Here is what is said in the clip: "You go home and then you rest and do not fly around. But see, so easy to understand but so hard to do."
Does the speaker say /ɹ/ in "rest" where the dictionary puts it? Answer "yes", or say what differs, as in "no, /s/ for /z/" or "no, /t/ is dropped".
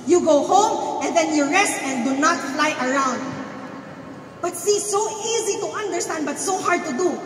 yes